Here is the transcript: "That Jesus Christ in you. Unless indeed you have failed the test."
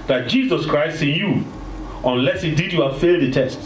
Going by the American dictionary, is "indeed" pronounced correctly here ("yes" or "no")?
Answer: no